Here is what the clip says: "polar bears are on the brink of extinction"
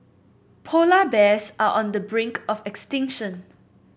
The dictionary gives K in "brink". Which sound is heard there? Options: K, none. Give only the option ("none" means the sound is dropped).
K